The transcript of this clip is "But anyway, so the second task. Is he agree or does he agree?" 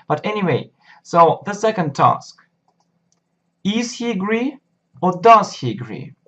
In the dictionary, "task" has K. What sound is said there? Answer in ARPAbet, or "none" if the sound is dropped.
K